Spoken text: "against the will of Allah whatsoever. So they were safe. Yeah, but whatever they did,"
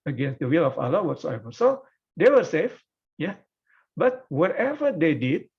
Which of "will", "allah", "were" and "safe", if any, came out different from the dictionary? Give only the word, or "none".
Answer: none